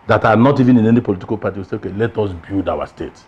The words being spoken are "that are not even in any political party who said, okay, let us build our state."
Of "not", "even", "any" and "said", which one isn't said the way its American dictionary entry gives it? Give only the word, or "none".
said